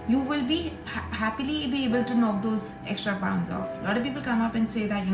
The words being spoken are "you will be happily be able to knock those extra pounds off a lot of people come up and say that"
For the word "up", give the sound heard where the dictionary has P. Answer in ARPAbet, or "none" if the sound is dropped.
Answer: P